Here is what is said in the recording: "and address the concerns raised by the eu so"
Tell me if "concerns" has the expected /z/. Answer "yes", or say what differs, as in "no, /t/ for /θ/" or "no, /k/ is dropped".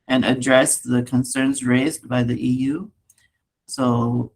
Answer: yes